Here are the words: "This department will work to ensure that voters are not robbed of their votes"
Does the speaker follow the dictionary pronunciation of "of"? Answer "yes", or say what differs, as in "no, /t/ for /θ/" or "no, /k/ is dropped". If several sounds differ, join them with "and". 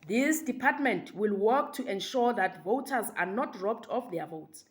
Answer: no, /f/ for /v/